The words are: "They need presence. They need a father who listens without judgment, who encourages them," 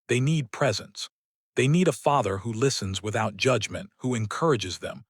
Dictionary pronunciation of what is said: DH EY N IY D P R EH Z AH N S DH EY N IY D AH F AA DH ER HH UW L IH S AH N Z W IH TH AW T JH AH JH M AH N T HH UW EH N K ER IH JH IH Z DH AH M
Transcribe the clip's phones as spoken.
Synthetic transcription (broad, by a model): DH EY N IY D P R EH Z AH N S DH EY N IY D AH F AA DH ER HH UW L IH S AH N Z W IH TH AW T JH AH JH M AH N T HH UW EH N K ER IH JH IH Z DH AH M